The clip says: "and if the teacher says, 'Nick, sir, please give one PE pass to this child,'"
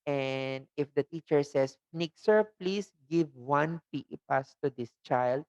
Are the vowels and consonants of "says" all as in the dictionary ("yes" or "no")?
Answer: no